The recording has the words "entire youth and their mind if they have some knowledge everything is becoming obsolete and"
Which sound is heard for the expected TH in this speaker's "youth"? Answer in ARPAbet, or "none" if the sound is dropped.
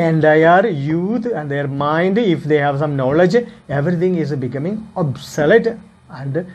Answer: T